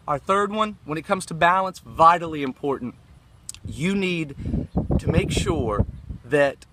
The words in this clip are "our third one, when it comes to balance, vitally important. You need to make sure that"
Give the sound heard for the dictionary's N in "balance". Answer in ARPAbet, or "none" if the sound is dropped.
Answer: N